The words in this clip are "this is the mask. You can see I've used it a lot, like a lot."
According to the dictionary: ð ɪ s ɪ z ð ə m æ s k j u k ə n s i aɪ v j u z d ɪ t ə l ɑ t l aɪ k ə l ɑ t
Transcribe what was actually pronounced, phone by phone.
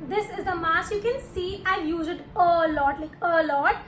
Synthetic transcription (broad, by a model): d ɪ s ɪ z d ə m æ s j u k ə n s i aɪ j u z ɪ t ə l ɑ t l aɪ k ə l ɑ t